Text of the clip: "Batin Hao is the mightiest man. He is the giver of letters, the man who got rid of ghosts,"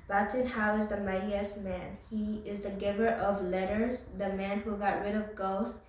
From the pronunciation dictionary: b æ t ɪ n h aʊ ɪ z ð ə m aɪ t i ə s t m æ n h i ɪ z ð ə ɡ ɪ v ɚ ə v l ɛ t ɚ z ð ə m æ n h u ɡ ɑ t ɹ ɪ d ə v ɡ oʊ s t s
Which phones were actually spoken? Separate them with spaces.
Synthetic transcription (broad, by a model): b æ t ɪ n h aʊ ɪ z ð ə m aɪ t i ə s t m æ n h i ɪ z ð ə ɡ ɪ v ɚ ə v l ɛ t ɚ z ð ə m æ n h u ɡ ɑ t ɹ ɪ d ə v ɡ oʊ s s